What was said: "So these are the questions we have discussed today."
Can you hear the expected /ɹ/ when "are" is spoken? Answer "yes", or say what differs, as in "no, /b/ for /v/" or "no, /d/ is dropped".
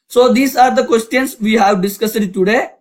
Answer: yes